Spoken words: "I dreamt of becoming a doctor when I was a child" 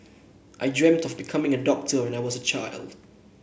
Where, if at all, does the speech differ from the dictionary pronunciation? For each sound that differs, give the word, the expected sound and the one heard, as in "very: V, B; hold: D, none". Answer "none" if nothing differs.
none